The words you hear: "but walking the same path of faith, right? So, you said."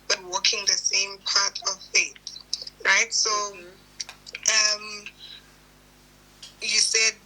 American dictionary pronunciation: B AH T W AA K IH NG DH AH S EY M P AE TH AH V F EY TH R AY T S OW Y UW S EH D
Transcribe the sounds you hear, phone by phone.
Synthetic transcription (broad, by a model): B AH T W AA K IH NG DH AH S EY M P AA T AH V F EY TH R AY T S OW Y UW S EH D